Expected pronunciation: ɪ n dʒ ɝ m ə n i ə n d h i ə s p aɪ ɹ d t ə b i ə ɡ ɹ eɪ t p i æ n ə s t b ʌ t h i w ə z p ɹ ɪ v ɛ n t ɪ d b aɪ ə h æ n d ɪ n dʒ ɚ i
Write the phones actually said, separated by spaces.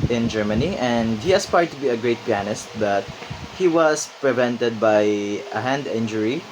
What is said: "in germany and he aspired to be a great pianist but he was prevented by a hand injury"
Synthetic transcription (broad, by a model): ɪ n dʒ ɝ m ə n i ə n d h i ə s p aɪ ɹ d t ə b i ə ɡ ɹ eɪ t p i æ n ə s t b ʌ t h i w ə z p ɹ ɪ v ɛ n t ɪ d b aɪ ə h æ n d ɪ n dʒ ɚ i